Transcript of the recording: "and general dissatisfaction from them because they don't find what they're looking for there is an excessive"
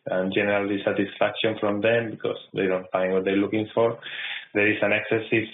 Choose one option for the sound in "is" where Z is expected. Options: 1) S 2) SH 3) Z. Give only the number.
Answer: 1